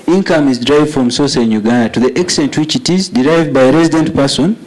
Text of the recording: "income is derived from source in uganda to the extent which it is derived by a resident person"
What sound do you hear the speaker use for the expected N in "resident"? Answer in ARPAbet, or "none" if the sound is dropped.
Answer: N